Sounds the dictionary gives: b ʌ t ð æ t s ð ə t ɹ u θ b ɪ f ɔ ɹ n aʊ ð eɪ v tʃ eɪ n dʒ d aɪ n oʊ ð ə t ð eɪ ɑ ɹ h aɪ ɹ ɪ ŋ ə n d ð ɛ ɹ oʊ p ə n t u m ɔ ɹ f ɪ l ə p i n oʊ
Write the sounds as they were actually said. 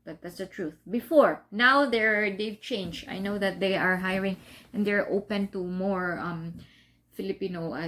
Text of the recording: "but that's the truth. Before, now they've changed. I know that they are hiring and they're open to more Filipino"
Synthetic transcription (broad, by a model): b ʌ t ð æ t s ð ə t ɹ u θ b ɪ f ɔ ɹ n aʊ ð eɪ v tʃ eɪ n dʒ aɪ n oʊ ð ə t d eɪ ɑ ɹ h aɪ ɹ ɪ ŋ ə n d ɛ ɹ oʊ p ə n t u m ɔ ɹ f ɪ l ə p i n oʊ